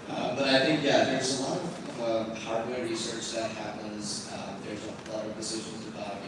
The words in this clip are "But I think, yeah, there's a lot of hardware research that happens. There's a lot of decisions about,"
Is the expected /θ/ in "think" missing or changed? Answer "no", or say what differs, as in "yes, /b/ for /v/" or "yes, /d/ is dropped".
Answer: no